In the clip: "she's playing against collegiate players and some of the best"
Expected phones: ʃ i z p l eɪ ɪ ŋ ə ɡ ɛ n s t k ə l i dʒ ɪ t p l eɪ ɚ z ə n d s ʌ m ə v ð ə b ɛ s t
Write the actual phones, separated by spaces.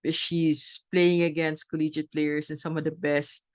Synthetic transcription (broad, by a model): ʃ i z p l eɪ ɪ ŋ ə ɡ ɛ n s t k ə l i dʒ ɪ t p l eɪ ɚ s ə n s ʌ m ə v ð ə b ɛ s t